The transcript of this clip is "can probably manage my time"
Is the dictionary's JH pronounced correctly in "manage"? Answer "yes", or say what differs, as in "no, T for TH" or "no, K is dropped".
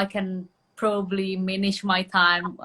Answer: no, SH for JH